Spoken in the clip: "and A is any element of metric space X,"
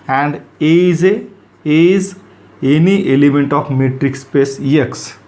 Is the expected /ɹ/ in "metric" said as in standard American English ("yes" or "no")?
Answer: yes